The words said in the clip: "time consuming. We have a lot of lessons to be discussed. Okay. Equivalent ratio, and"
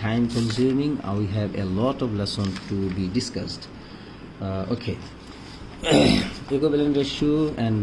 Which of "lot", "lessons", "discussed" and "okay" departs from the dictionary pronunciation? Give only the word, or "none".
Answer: lessons